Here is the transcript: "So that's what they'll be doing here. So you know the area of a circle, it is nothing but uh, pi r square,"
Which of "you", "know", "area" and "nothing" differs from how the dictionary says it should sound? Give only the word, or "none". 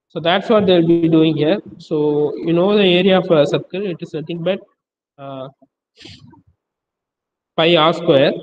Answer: nothing